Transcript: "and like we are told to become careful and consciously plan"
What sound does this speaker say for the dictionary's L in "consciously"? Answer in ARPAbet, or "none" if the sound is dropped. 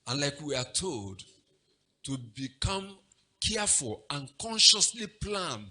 L